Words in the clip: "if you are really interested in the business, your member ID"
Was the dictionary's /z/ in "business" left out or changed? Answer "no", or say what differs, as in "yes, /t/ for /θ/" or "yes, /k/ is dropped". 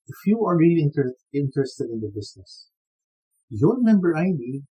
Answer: yes, /s/ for /z/